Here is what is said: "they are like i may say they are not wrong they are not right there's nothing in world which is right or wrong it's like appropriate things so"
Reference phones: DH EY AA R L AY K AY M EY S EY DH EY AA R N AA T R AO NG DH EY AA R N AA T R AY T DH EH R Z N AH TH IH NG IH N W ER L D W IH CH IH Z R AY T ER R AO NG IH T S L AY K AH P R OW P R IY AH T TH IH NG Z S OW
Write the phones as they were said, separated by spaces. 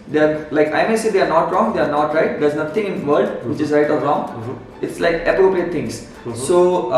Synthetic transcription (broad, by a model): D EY AA R L AY K AY M EY S EY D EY AA R N AA T R AO NG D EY AA R N AA T R AY T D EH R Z N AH T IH NG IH N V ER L D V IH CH IH Z R AY T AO R AO NG IH T S L AY K AH P R OW P R IY AH T T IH NG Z S OW